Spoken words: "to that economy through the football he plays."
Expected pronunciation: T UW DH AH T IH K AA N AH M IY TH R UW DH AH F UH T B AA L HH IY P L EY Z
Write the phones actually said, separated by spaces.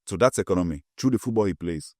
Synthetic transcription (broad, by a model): T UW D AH T IH K AA N AH M IY T R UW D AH F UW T B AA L HH IY P L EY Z